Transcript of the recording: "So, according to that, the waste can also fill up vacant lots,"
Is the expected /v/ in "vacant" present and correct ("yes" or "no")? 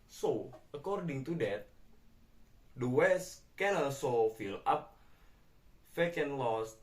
no